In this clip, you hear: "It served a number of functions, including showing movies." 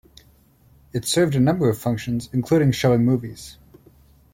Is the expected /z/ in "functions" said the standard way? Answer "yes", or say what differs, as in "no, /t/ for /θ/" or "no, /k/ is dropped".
yes